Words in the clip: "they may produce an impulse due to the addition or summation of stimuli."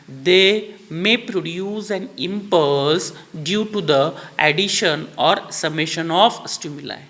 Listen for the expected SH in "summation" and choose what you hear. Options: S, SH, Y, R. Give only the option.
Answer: SH